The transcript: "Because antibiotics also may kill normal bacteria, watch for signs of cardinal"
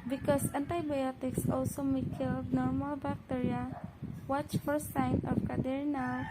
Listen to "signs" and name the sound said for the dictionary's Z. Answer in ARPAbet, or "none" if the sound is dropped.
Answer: none